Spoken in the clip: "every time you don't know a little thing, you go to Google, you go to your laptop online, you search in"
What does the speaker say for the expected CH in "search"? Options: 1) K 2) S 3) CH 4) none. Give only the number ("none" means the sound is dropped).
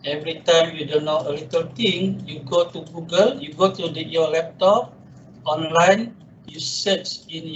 2